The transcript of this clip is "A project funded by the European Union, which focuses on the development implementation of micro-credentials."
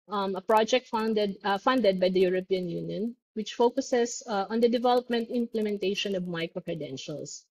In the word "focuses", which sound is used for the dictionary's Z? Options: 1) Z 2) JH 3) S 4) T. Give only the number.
3